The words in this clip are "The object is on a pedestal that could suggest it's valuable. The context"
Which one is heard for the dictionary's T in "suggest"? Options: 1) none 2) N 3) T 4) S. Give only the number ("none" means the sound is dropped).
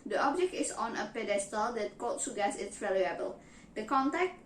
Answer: 1